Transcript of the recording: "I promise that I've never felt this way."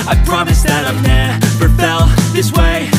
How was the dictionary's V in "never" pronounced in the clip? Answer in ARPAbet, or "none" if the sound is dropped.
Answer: P